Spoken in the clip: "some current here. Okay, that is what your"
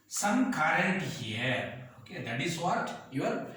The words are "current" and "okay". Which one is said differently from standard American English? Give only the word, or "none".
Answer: current